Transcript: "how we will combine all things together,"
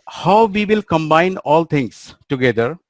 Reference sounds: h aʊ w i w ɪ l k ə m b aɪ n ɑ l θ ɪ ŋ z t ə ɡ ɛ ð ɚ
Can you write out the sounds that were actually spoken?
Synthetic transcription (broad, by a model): h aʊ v i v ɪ l k ə m b aɪ n ɑ l t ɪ ŋ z t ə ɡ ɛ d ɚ